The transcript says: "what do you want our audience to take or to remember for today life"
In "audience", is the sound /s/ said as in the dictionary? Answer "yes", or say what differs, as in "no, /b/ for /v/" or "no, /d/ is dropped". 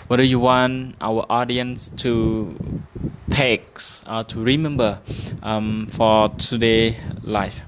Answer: yes